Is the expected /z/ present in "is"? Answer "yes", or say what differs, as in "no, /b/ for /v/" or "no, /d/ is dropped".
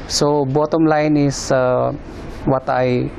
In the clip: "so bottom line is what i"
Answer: no, /s/ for /z/